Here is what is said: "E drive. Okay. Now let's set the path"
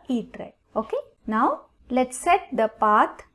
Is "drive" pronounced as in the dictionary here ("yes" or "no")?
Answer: no